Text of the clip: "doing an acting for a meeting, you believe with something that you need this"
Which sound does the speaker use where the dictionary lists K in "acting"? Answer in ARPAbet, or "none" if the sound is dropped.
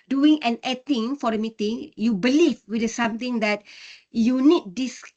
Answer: none